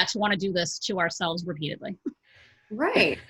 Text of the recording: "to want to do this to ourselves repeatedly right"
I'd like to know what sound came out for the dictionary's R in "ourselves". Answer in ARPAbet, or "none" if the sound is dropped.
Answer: R